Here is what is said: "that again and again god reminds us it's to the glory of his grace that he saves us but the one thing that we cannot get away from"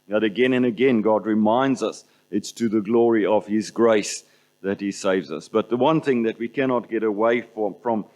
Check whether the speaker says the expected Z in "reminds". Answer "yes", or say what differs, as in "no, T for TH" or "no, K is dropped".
yes